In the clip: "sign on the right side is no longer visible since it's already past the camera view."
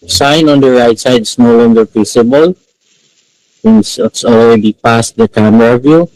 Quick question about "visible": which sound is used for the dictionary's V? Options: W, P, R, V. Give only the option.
P